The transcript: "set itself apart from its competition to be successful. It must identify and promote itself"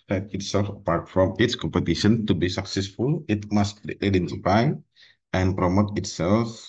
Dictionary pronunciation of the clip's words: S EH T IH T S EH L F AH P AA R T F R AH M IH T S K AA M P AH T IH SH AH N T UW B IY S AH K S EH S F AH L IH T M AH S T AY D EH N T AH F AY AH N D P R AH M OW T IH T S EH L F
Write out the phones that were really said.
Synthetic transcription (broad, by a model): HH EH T IH T S EH L F AH P AA R T F R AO M IH T S K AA M P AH T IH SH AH N T UW B IY S AH K S EH S F AH L IH T M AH S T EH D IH N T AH P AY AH N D P R AH M OW T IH T S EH L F